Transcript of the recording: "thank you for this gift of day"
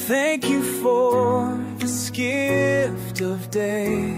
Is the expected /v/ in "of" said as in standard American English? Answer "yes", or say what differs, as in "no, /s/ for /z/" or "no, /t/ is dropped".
yes